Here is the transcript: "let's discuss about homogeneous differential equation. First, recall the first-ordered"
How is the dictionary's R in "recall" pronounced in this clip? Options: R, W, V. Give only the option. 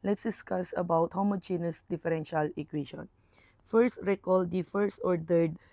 R